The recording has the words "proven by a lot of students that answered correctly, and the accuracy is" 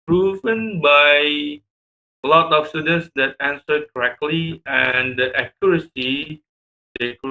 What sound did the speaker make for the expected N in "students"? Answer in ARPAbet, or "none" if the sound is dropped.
N